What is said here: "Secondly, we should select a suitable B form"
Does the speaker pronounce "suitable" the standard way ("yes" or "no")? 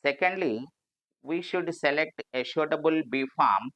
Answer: no